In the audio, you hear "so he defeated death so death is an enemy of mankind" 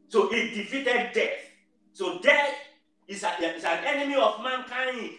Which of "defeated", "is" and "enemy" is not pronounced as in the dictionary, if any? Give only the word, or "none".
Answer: is